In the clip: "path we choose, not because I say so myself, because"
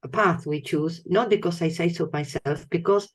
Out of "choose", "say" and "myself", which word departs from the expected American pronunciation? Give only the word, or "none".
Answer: none